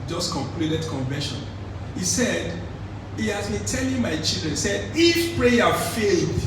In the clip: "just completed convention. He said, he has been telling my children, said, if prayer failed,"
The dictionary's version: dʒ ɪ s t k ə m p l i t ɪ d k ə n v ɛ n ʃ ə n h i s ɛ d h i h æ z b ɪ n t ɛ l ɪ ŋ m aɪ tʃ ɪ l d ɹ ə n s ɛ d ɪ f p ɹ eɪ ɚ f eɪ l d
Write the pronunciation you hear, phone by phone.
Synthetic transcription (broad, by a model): dʒ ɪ s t k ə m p l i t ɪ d k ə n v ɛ ʃ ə n h i s ɛ d h i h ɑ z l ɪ t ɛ n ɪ m aɪ tʃ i l d ɹ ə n s ɛ d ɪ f p ɹ eɪ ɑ f eɪ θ